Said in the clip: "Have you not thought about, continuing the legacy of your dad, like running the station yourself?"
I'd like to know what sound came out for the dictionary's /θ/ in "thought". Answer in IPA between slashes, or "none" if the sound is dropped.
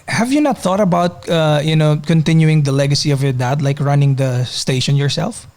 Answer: /θ/